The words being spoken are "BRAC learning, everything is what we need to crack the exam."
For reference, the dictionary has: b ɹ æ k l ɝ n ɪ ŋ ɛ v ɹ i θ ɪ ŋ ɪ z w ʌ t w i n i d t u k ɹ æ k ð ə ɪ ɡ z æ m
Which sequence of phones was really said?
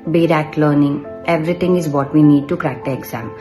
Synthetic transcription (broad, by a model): b ɹ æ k l ɝ n ɪ ŋ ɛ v ɹ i t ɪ ŋ ɪ z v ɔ t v i n i d t u k ɹ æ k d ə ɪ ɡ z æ m